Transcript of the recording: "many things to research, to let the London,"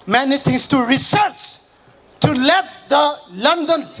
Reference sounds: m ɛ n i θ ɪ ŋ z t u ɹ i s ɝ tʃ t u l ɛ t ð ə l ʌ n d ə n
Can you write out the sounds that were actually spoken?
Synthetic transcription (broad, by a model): m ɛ n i t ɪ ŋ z t u ɹ i s ɝ tʃ t u l ɛ t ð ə l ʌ n d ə n